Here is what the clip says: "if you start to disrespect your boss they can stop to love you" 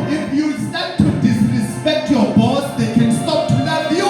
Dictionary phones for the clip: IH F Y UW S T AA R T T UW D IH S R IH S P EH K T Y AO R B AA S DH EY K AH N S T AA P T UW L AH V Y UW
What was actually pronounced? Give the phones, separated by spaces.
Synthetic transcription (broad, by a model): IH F Y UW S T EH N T T UW D IH S R IH S P EH K T Y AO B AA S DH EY K AH N S T AA P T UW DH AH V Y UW